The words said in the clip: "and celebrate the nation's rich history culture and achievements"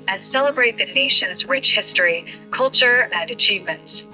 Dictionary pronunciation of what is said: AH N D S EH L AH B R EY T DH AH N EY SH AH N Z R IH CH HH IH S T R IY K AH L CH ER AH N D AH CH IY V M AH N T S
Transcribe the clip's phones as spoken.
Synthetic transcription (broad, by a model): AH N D S EH L AH B R EY T DH AH N EY SH AH N Z R IH CH HH IH S T R IY K AH L CH ER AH N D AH CH IY V M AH N T S